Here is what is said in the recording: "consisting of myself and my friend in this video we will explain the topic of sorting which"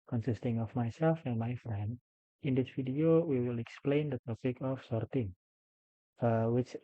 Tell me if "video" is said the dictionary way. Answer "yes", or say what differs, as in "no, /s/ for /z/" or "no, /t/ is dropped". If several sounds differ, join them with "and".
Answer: no, /f/ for /v/